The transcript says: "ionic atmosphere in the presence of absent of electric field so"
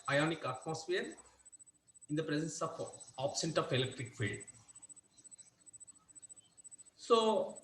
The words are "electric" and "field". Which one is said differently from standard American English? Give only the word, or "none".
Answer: field